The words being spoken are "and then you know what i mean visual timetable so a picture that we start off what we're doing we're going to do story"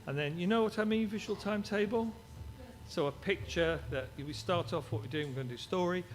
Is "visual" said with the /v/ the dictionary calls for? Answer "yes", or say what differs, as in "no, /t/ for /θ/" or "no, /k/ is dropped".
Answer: yes